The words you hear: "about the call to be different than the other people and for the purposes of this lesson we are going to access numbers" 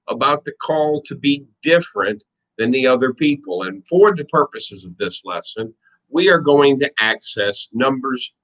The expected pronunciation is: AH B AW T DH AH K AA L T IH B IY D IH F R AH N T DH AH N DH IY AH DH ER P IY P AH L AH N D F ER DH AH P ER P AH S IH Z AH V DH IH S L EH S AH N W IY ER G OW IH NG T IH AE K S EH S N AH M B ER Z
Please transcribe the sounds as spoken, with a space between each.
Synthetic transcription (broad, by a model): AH B AW T DH AH K AA L T IH B IY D IH F R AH N DH AH N DH IY AH DH ER P IY P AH L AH N F ER DH AH P ER P AH S IH Z AH V DH IH S L EH S AH N W IY ER G OW IH NG T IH AE K S EH S N AH M B ER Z